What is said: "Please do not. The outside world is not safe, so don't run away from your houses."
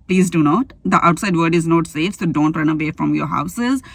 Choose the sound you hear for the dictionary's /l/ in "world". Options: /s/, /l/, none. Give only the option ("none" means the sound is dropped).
none